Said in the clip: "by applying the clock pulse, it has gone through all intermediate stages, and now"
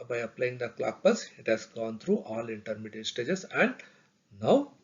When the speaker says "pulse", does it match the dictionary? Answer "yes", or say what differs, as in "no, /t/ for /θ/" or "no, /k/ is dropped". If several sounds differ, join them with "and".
no, /l/ is dropped